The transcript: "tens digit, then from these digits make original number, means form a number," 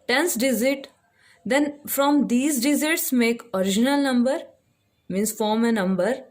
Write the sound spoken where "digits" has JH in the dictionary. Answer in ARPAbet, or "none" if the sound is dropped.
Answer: Z